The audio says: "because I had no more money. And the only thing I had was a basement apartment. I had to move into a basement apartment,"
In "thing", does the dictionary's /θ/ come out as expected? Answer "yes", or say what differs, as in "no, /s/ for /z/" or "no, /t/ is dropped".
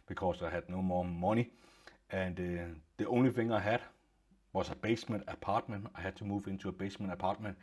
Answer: no, /f/ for /θ/